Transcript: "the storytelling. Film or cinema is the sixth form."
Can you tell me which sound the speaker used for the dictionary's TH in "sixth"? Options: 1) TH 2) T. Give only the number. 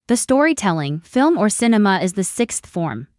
1